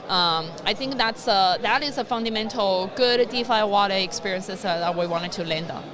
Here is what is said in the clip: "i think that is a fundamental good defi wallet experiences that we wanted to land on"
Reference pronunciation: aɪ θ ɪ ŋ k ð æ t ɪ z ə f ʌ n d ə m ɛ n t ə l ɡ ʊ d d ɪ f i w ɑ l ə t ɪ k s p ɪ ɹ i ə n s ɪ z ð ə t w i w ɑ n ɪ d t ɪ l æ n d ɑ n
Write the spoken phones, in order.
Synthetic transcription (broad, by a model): aɪ θ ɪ ŋ k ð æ t ɪ z ə f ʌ n d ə m ɛ n t l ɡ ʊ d d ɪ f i w ɑ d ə ɪ k s p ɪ ɹ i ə n s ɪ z ð ə t w i w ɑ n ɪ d t ɪ l æ n d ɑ